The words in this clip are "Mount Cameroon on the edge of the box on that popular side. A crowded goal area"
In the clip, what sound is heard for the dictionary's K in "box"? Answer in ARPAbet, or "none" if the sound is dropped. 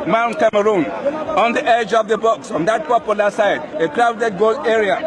K